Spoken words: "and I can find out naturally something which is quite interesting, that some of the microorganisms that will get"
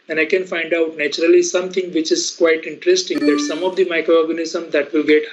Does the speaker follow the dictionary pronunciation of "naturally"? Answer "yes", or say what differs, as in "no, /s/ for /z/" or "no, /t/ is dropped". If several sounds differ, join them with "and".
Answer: yes